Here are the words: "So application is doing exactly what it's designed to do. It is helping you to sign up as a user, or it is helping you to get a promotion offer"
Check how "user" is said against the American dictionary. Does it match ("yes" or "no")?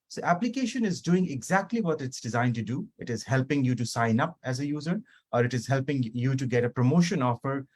yes